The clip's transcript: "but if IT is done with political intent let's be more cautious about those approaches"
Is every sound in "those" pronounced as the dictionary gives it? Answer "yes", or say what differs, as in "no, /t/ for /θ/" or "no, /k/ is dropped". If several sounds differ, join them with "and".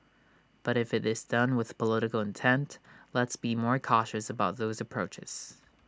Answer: yes